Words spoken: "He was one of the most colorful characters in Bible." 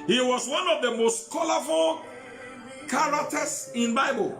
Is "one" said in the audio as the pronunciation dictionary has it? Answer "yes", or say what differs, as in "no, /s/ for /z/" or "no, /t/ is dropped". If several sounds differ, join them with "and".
yes